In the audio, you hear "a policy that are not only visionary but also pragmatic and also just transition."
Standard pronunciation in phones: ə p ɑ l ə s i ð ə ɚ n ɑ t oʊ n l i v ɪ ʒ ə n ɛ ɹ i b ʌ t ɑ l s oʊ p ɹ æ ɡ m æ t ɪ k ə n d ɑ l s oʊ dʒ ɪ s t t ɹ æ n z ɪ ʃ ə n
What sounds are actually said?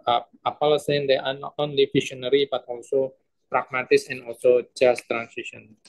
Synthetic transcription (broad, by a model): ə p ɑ l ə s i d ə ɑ n ɑ t oʊ n l i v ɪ ʃ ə n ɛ ɹ i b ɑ t ɑ l s oʊ p ɹ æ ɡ m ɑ t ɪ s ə n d ɑ l s oʊ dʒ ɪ s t t ɹ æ n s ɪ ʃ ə n